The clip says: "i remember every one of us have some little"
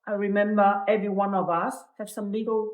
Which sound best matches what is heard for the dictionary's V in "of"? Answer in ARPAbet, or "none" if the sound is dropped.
V